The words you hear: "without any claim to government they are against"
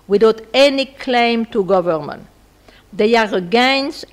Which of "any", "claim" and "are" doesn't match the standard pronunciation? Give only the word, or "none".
none